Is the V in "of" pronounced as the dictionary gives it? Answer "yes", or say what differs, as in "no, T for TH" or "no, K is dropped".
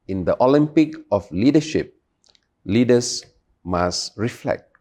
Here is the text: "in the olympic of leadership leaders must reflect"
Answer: no, F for V